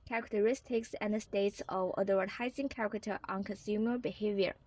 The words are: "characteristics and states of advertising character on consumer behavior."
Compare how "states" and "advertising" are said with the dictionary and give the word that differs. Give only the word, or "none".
advertising